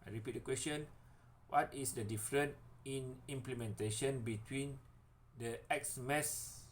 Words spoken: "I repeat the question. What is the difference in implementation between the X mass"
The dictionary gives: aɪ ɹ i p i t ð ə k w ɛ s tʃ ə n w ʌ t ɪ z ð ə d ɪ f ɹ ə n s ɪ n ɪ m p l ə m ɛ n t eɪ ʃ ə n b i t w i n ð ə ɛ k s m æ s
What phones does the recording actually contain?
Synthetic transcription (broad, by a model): aɪ ɹ i p i t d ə k w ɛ s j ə n w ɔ t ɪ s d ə d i f ɹ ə n ɪ n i m p l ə m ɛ n t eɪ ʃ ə n b i t w i n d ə ɛ k s m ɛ s